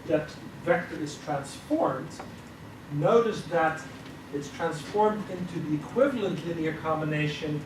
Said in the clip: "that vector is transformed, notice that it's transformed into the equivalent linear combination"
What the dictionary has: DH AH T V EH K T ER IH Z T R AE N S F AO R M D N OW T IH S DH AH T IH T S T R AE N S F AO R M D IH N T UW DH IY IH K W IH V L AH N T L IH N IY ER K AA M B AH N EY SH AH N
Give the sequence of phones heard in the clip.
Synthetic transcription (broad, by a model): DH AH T V EH K T ER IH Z T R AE N S F AO R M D N OW T IH S DH AH T IH T S T R AE N S F AO R M D IH N T UW DH IY IH K W IH V L AH N T L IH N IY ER K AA M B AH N EY SH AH N